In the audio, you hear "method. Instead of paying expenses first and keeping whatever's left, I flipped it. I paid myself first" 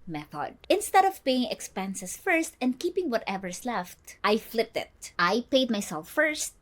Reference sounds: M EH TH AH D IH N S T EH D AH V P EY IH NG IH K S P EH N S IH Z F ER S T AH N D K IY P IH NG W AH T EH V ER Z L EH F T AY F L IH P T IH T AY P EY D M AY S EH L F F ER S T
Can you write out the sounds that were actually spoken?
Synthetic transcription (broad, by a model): M EH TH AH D IH N S T EH D AH V P EY IH NG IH K S P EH N S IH S F ER S T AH N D K IY P IH NG W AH T EH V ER S L EH F T AY F L IH P T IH T AY P EY D M AY S EH L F F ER S T